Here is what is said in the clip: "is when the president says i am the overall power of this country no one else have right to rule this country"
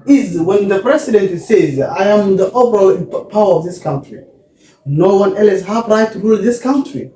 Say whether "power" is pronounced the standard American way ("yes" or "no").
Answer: yes